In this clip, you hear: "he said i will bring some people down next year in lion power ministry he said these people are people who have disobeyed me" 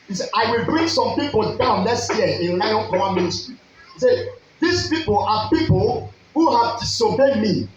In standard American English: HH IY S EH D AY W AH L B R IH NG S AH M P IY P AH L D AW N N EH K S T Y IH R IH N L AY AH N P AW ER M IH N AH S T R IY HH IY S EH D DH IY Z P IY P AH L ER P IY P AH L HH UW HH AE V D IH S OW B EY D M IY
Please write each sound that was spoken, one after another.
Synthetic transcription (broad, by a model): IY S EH AY W AH L B R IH NG S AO M P IY P AH L D AW N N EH S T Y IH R IH N L AY AH N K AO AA M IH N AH S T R IY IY S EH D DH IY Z P IY P AH L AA P IY P AH L HH UW HH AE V S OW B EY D M IY